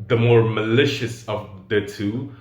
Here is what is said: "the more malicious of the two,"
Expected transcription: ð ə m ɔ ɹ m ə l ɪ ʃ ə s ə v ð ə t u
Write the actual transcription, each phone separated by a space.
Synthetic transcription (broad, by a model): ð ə m ɔ ɹ m ə l ɪ ʃ ə s ə v ð ə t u